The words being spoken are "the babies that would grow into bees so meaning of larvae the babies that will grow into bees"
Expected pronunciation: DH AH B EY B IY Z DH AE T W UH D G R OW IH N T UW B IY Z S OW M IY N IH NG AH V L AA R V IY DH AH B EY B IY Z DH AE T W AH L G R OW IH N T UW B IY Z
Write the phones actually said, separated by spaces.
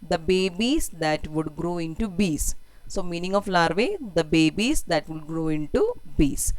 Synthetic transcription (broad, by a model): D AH B EY B IY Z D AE T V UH D G R OW IH N T UW B IY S S OW M IY N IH NG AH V L AA R V IY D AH B EY B IY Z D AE T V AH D G R OW IH N T UW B IY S